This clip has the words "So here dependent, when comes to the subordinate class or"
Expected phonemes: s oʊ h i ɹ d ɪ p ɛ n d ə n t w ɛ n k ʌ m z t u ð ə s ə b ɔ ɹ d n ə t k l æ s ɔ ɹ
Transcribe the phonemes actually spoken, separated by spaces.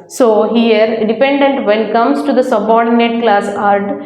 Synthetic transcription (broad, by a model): s oʊ h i ɹ d ɪ p ɛ n d ə n t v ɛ n k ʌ m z t u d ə s ə b ɔ ɹ d n ə t k l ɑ s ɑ ɹ